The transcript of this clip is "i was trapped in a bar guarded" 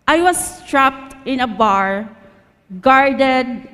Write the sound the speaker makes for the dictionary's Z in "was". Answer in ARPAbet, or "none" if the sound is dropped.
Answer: S